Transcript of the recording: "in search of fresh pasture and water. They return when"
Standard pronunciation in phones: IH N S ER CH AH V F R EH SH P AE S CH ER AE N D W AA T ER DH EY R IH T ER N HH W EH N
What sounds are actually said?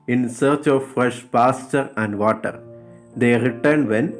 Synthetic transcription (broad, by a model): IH N S ER CH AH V F R EH SH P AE S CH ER AE N D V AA T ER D EY R IH T ER N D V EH N